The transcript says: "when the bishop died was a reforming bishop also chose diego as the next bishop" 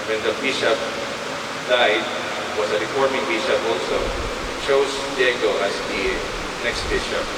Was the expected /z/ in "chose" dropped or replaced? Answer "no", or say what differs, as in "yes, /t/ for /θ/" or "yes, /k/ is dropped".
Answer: yes, /s/ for /z/